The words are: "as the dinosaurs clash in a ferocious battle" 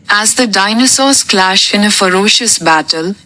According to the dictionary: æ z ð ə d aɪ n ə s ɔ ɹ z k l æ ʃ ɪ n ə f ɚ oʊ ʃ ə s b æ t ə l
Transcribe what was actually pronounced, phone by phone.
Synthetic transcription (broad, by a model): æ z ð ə d aɪ n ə s ɔ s k l æ ʃ ɪ n ə f ɚ oʊ ʃ ə s b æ t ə l